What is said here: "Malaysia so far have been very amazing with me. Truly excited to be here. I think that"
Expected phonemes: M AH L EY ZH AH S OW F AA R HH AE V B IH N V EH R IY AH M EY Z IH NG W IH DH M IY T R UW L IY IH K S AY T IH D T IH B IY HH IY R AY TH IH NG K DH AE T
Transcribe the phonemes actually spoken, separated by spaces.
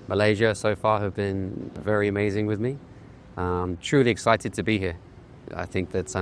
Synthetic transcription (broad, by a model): M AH L EY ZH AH S OW F AA R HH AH V B IH N V EH R IY AH M EY Z IH NG W IH DH M IY T R UW L IY IH K S AY T IH D T IH B IY HH IY R AY TH IH NG K DH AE T